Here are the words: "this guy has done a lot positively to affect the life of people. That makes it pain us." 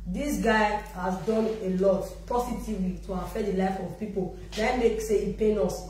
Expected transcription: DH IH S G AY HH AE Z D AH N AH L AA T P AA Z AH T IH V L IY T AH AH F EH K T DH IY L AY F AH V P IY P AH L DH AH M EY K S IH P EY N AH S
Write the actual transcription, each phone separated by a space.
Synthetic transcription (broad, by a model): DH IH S G AY HH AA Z D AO N AH L AA T P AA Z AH T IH V L IY T AH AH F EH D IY L AY F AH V P IY P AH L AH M EY K S IH P EY N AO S